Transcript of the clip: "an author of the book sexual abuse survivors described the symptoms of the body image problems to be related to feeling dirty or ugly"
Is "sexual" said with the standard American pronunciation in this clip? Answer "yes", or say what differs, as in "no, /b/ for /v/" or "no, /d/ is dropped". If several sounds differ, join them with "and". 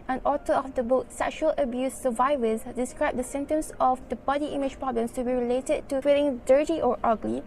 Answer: yes